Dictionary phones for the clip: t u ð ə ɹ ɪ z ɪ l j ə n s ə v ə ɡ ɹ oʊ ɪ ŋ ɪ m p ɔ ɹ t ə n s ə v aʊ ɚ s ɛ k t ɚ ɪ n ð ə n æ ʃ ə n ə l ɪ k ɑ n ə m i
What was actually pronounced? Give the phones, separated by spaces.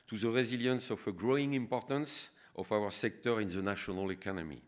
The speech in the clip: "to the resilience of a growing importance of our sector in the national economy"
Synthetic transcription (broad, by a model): t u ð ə ɹ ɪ z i l j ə n s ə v ə ɡ ɹ oʊ ɪ ŋ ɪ m p ɔ ɹ t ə n s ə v aʊ ɚ s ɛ k t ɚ ɪ n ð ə n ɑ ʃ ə n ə l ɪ k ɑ n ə m i